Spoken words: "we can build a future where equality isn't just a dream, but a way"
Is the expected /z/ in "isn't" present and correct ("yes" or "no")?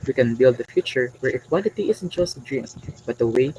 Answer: no